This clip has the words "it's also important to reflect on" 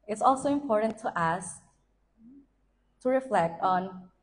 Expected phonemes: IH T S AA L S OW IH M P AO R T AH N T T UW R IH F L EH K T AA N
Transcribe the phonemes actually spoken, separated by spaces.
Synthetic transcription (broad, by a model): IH T S AA L S OW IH M P AO R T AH N T T UW R IH F L EH K T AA N